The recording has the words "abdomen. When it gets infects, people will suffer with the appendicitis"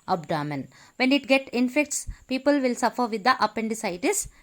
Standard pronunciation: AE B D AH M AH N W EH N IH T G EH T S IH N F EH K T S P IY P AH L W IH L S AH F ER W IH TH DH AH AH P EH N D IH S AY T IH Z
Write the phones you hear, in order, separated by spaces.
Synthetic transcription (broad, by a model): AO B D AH M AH N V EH N IH T G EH T IH N F EH K T S P IY P AH L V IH L S AH F ER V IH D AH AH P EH N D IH S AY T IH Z